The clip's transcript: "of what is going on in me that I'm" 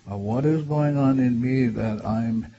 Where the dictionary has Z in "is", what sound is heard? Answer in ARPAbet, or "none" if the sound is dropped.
Z